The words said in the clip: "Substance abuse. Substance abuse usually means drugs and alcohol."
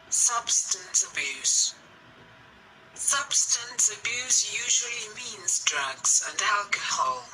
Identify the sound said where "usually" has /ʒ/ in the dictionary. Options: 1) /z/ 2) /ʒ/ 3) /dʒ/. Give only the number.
2